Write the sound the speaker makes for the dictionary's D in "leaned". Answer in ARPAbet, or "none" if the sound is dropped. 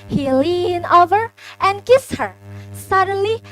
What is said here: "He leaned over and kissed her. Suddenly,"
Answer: none